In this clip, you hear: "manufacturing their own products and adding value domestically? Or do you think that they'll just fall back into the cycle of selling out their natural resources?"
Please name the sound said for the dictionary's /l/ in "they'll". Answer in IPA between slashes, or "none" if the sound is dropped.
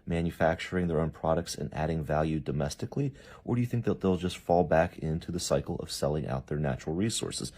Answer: /l/